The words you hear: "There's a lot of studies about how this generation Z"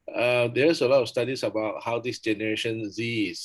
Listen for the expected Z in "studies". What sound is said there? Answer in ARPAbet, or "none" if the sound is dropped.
S